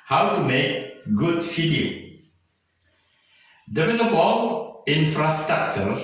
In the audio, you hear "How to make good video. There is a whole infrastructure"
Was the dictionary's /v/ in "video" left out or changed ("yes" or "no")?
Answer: yes